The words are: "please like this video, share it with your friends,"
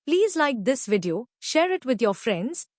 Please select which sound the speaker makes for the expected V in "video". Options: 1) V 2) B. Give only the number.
1